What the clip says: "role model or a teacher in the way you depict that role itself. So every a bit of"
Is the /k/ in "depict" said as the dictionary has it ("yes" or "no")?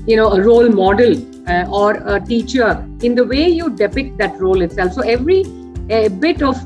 yes